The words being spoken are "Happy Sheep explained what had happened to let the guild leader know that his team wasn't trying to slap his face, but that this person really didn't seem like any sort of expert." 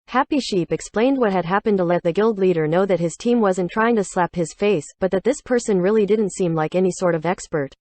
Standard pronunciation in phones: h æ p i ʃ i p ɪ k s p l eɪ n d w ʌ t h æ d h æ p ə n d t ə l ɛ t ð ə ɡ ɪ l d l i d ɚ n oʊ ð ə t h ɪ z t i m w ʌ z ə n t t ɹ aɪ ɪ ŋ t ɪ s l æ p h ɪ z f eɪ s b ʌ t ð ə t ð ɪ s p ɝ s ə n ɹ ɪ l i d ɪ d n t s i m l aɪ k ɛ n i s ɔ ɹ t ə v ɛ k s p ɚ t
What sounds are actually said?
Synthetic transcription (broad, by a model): h æ p i ʃ i p ɪ k s p l eɪ n d w ʌ t h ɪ d h æ p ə n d t ə l ɛ t ð ə ɡ ɪ l d l i d ɚ n oʊ ð ə t h ɪ z t i m w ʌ z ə n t t ɹ aɪ ɪ ŋ t ɪ s l æ p h ɪ z f eɪ s b ʌ t ð ə t ð ɪ s p ɝ s ə n ɹ ɪ l i d ɪ d n t s i m l aɪ k ɛ n i s ɔ ɹ t ə v ɛ k s p ɚ t